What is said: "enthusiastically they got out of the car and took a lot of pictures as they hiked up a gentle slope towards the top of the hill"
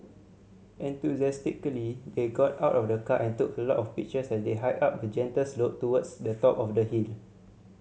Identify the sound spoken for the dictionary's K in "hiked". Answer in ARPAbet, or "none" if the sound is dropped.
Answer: none